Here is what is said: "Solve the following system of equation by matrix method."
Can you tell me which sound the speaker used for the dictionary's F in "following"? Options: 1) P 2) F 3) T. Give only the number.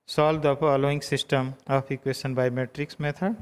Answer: 1